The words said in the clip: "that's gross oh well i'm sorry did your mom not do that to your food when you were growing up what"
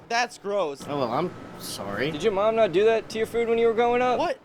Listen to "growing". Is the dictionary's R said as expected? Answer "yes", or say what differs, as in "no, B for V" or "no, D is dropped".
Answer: no, R is dropped